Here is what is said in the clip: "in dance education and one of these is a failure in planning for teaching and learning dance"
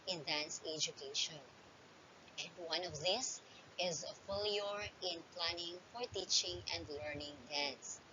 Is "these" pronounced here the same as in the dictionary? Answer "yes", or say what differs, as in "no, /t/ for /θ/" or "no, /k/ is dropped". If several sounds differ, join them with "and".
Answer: no, /s/ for /z/